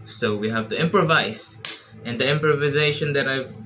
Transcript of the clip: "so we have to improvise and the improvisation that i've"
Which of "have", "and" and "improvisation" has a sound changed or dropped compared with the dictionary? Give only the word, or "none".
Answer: none